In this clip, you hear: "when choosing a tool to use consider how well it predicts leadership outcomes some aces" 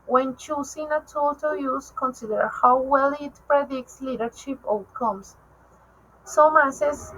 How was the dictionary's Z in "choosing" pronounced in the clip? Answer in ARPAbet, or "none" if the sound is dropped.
S